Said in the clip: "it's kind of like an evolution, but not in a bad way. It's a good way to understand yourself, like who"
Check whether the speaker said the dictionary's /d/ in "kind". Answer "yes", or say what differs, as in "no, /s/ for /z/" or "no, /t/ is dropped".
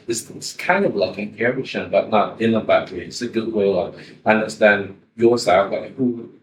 yes